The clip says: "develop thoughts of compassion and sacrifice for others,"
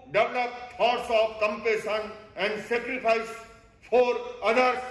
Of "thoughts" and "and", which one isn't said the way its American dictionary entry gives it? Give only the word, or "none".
thoughts